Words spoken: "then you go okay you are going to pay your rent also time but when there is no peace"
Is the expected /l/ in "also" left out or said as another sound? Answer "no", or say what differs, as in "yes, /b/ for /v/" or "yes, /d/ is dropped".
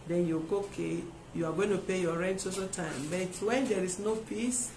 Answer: yes, /l/ is dropped